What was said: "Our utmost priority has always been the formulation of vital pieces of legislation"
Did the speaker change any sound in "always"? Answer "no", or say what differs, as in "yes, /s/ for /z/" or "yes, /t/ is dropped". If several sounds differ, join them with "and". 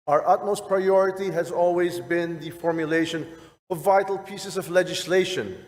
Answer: no